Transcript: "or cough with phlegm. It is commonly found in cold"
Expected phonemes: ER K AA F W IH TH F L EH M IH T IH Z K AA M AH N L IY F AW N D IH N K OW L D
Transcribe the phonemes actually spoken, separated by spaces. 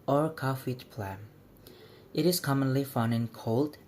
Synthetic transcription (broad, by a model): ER K AA F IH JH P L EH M IH T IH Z K AA M AH N L IY F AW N IH N K OW L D